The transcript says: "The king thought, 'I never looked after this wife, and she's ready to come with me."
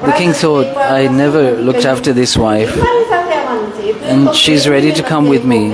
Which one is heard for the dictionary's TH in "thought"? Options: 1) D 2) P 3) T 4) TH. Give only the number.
4